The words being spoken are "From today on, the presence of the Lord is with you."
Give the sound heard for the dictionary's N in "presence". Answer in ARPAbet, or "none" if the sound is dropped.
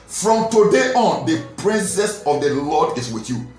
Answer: none